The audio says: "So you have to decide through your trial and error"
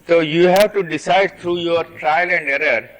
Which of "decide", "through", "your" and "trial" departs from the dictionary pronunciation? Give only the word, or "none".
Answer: through